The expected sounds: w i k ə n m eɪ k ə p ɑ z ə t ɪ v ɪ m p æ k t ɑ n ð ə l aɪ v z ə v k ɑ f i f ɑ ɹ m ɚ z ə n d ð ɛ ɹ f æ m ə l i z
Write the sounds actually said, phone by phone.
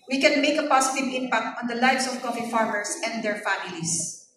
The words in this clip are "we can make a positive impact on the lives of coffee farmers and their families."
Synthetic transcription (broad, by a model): w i k ə n m eɪ k ə p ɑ s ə t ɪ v ɪ m p æ k t ɑ n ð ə l aɪ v s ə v k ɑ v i f ɑ ɹ m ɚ s ə n d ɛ ɹ f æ m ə l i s